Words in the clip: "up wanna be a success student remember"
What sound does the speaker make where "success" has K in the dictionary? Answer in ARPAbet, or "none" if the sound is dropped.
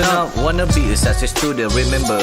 none